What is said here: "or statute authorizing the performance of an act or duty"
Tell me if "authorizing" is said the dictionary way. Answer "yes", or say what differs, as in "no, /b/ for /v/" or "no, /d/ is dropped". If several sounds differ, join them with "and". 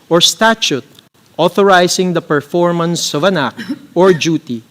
no, /s/ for /z/